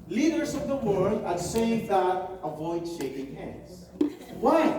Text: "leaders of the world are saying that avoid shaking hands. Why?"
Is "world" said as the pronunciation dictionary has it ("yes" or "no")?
yes